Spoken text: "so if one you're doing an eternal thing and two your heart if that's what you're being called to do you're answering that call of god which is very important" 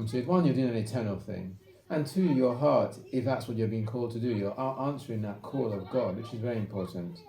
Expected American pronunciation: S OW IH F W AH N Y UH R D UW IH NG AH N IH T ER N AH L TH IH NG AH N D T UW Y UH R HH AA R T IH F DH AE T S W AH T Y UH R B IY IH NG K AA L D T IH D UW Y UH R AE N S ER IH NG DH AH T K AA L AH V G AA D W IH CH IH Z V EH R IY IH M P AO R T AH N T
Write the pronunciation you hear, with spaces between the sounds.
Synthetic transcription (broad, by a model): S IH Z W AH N Y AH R D UW IH NG AH N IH T ER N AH L TH IH NG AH N T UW Y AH R HH AA R T IH F DH AE T S W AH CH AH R B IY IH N K AA L D T IH D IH Y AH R AE N S ER IH NG DH AH T K AA L AH V G AA D W IH CH IH Z V EH R IY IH M P AO R T N T